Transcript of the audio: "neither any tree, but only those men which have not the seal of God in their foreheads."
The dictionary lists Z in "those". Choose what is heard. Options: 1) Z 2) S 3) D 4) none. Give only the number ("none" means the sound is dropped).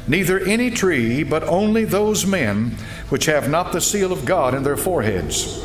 1